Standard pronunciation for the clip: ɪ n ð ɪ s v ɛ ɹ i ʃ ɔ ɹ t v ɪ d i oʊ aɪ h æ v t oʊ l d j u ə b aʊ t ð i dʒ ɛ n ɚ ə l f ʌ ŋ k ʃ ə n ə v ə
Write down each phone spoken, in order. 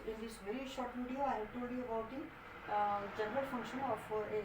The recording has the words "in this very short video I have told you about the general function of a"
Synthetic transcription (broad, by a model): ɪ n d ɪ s v ɛ ɹ i ʃ ɔ ɹ t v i d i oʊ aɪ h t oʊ d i ə b aʊ t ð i dʒ ɛ n ɚ ə l f ʌ ŋ k ʃ ə n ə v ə